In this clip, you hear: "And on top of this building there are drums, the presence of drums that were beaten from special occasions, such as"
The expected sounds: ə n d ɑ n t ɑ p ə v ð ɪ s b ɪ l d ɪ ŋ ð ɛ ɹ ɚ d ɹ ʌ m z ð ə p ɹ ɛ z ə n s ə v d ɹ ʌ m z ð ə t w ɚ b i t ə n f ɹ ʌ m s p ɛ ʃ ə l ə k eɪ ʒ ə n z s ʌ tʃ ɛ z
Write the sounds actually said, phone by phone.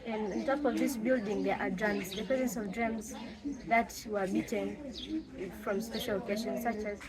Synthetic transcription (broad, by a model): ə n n t ɑ p ə v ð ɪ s b ɪ l d ɪ ŋ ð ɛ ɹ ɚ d ɹ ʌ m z ð ə p ɹ ɛ z ə n s ə v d ɹ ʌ m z ð ə t w ɚ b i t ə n f ɹ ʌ m s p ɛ ʃ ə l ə k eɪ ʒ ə n s ʌ tʃ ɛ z